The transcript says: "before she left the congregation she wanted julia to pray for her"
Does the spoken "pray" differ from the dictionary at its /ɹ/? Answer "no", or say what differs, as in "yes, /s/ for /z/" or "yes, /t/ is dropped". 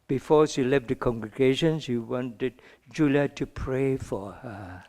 no